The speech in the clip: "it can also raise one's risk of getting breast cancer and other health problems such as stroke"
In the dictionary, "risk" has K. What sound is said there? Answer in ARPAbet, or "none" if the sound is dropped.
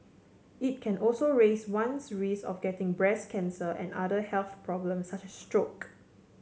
none